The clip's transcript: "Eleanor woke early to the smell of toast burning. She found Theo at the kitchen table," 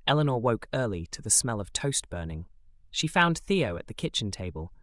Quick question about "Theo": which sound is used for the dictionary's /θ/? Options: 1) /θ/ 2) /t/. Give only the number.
1